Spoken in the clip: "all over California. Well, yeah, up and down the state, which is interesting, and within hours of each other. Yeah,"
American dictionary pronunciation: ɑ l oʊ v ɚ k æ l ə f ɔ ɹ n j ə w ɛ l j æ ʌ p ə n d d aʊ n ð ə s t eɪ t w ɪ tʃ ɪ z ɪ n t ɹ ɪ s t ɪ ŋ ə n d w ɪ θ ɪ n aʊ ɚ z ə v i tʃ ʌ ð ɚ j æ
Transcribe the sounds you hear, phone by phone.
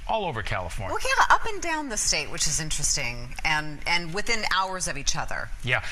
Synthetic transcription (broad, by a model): ɑ l oʊ v ɚ k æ l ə f ɔ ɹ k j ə ʌ p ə n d d aʊ n ð ə s t eɪ t w ɪ tʃ ɪ z ɪ n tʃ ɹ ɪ s t ɪ ŋ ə n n w ɪ θ ɪ n aʊ ɚ z ə v i tʃ ʌ ð ɚ j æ